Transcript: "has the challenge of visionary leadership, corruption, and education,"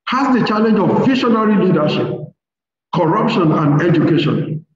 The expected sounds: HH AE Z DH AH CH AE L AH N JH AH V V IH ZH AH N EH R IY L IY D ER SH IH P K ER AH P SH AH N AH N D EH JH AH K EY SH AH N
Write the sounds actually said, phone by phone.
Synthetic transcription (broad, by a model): HH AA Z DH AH CH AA L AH N JH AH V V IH SH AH N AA R IY L IY D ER SH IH P K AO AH P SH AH N AH N D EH JH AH K EY SH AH N